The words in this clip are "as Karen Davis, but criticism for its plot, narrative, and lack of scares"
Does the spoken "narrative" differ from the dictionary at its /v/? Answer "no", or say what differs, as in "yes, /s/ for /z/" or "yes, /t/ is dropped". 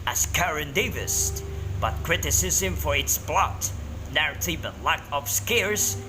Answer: yes, /b/ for /v/